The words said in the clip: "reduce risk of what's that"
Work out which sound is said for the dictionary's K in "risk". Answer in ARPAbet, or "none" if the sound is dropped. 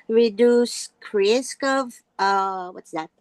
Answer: K